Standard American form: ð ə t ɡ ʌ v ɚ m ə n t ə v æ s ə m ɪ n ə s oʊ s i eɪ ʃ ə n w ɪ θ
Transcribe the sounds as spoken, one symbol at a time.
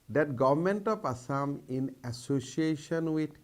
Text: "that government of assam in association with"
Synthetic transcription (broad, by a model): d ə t ɡ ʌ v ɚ m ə n t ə p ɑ s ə m ɪ n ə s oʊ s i eɪ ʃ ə n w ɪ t